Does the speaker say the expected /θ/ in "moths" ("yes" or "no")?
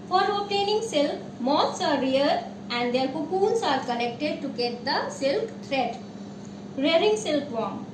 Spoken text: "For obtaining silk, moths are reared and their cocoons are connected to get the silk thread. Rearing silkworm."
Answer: no